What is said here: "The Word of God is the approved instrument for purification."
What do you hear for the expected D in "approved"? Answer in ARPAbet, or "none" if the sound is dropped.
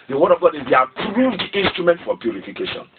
D